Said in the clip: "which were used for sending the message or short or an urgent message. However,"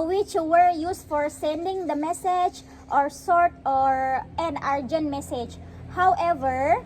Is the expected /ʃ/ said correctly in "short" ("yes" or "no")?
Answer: no